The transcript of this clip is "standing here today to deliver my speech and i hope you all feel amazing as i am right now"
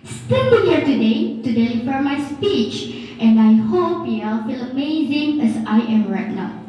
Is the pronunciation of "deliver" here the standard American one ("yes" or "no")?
no